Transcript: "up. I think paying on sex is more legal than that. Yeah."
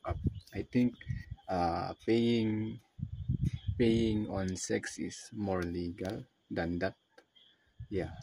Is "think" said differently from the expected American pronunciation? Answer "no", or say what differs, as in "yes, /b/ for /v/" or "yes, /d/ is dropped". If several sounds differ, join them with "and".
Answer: yes, /t/ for /θ/